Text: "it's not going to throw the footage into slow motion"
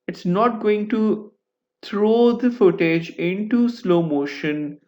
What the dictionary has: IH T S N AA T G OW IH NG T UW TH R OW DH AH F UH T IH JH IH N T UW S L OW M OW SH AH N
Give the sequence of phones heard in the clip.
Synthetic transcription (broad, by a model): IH T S N AA T G OW IH NG T UW T R OW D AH F UH T IH JH IH N T UW S L OW M OW SH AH N